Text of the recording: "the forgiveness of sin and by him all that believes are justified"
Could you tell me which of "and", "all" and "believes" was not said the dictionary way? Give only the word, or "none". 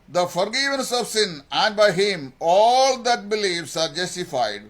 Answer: believes